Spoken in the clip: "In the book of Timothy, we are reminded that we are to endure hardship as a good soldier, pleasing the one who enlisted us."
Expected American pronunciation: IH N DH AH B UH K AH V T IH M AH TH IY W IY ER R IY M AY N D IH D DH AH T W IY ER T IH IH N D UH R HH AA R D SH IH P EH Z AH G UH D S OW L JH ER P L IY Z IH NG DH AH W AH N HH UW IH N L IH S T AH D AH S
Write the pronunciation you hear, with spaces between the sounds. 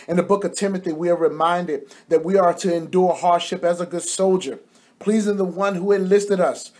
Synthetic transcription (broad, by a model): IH N DH AH B UH K AH V T IH M AH TH IY W IY ER R IY M AY N D IH D DH AH T W IY ER T IH IH N D UH R HH AA R D SH IH P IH Z AH G UH D S OW L JH ER P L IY Z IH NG DH AH W AH N HH UW IH N L IH S T AH D AH S